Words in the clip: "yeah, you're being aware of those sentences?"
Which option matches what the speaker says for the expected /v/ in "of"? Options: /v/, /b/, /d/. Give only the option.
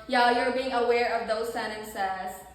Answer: /v/